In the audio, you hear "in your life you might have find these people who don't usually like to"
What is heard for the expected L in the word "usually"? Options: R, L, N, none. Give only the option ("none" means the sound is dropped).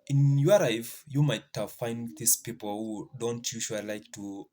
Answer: none